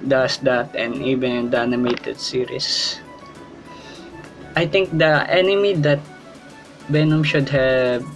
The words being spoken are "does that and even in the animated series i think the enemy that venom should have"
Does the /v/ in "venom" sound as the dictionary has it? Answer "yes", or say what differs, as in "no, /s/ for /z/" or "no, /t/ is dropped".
no, /b/ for /v/